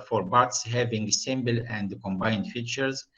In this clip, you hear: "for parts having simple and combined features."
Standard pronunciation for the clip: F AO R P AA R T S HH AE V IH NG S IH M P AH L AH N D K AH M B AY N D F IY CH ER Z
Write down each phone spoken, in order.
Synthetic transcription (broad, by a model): F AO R B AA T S HH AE V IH NG S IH M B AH L AH N D K AH M B AY N D F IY CH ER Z